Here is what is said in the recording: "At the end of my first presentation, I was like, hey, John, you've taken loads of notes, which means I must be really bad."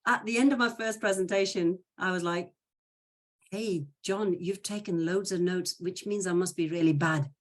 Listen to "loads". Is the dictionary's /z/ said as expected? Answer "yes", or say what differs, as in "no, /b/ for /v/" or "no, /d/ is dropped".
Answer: yes